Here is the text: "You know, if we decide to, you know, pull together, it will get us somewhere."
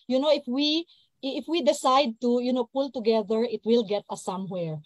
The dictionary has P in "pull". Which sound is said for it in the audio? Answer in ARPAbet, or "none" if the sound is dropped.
P